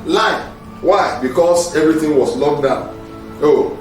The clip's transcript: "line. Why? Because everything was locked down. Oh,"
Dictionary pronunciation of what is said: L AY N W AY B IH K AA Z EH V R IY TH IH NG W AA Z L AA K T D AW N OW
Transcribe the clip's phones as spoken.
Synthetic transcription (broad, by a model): L AY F W AY B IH K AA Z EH V R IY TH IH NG W AA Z L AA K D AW OW